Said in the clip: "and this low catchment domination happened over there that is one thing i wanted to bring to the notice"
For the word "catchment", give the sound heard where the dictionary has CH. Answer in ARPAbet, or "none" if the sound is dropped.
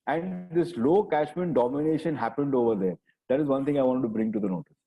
SH